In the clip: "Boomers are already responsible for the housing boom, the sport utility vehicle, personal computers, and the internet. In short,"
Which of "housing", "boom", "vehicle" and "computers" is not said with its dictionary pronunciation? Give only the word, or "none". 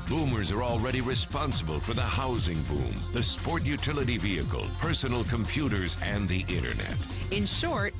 none